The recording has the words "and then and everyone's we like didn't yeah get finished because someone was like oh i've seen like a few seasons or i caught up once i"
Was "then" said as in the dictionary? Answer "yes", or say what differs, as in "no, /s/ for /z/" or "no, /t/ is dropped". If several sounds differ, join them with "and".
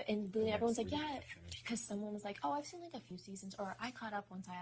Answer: no, /l/ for /n/